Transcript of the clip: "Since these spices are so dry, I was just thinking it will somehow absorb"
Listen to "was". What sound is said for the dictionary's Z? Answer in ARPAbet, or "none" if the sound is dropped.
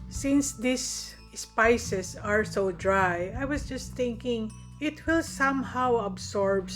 S